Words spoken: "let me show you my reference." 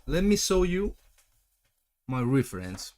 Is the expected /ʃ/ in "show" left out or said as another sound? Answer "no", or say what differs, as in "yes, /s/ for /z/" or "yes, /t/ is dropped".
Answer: yes, /s/ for /ʃ/